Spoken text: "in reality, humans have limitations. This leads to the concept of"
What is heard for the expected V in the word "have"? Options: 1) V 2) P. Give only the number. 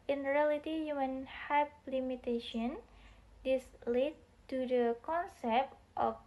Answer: 2